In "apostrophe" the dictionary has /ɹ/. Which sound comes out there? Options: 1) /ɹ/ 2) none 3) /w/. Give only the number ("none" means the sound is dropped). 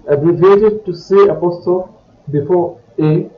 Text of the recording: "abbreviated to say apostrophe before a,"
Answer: 2